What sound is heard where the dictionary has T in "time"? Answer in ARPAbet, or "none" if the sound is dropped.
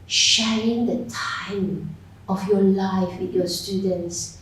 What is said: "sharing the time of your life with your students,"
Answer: T